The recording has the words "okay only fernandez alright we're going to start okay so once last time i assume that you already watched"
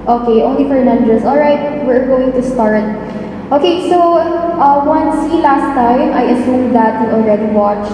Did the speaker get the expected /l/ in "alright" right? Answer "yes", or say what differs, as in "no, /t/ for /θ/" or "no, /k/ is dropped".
yes